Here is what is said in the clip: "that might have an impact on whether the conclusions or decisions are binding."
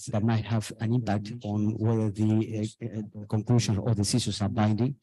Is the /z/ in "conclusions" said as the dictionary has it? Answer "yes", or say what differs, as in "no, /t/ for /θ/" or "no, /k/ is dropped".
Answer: no, /z/ is dropped